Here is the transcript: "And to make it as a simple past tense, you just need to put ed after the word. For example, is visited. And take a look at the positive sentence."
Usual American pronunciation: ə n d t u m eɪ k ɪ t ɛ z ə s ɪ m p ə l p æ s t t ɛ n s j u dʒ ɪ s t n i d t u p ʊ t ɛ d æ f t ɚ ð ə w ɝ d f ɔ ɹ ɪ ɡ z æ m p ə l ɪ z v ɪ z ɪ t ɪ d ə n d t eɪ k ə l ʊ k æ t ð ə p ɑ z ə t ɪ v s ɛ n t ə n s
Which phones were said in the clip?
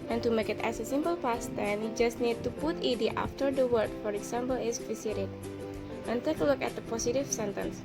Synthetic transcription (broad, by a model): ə n t u m eɪ k ɪ t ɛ s ə s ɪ m p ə l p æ s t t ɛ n j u dʒ ɪ s t n i d t u p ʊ t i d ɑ f t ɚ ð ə w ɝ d f ɔ ɹ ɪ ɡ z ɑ m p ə l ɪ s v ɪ s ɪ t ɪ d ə n t eɪ k ə l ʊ k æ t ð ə p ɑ s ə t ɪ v s ɛ n t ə n s